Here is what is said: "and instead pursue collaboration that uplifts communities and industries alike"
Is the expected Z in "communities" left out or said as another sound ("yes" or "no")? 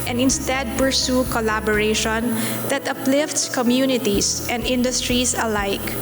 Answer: yes